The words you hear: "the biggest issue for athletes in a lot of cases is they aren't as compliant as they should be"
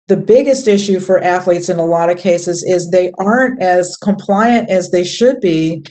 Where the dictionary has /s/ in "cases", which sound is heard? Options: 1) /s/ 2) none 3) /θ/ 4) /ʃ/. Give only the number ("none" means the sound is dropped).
1